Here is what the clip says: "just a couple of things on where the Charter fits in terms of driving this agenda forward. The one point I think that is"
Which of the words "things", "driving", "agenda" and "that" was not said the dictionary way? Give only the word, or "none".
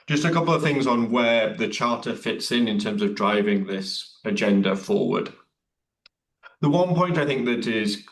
none